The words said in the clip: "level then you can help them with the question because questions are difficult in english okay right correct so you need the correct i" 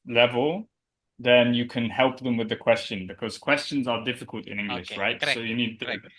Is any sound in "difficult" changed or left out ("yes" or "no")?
no